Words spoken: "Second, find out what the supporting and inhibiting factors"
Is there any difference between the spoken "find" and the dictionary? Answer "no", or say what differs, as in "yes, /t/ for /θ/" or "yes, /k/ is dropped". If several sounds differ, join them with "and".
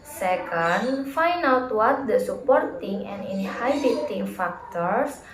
yes, /d/ is dropped